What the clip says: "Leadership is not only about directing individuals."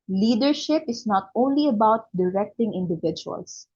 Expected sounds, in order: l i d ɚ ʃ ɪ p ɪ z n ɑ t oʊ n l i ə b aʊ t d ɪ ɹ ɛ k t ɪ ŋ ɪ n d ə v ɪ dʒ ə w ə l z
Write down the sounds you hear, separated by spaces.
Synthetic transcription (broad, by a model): l i d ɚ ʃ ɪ p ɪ s n ɑ t oʊ n l i ə b aʊ t d ɪ ɹ ɛ k t ɪ ŋ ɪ n d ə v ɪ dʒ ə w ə l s